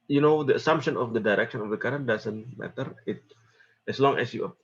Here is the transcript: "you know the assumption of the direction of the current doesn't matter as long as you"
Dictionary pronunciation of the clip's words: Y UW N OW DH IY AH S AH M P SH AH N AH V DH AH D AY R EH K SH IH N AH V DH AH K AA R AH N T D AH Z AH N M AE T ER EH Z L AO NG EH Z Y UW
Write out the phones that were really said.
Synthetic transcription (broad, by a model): Y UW N OW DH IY AH S AH M P SH AH N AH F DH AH D AY R EH K SH IH N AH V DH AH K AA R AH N D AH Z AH N M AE T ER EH S L AO NG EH S Y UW